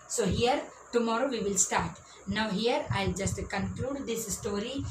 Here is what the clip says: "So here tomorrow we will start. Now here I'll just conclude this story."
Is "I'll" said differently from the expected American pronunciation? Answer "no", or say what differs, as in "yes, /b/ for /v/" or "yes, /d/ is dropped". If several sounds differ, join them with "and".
no